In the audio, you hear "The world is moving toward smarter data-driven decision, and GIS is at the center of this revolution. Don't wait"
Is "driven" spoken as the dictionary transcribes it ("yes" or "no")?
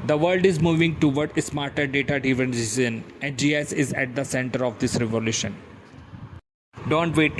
no